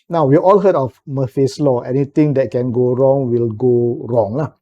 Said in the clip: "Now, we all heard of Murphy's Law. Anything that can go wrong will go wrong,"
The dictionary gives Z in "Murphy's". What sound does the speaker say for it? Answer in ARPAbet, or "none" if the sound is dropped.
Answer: S